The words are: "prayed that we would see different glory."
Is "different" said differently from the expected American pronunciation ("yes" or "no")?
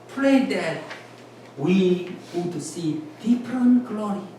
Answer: yes